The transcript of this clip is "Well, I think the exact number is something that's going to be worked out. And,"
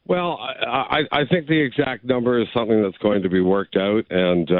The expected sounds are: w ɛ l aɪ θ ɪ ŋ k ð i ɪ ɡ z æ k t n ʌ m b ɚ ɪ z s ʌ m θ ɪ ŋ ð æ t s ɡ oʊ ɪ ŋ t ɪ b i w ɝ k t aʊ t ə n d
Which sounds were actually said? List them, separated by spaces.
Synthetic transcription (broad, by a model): w ɛ l aɪ θ ɪ ŋ k ð i ɪ ɡ z æ k t n ʌ m b ɚ ɪ z s ʌ m θ ɪ ŋ ð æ t s ɡ oʊ ɪ ŋ t ɪ b i w ɝ k t aʊ t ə n